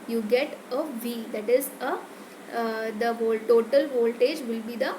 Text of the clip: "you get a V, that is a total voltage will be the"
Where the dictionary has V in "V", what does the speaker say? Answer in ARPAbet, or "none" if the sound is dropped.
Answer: V